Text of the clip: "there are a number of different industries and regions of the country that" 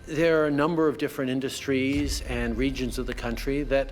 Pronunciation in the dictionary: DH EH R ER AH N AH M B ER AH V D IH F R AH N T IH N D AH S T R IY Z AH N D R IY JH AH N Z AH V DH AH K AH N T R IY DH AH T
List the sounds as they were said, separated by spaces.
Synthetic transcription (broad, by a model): DH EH R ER AH N AH M B ER AH V D IH F R AH N T IH N D AH S T R IY Z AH N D R IY JH AH N Z AH V DH AH K AH N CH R IY DH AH T